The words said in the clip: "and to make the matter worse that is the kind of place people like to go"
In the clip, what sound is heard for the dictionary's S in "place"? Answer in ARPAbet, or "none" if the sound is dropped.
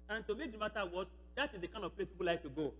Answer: none